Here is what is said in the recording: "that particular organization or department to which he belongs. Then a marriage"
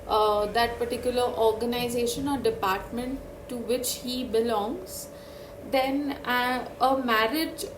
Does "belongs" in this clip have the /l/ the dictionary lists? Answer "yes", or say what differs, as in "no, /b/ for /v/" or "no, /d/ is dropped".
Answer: yes